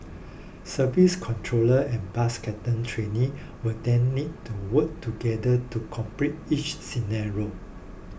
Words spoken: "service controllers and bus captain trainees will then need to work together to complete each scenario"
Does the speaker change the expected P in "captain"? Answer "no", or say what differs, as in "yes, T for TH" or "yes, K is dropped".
yes, P is dropped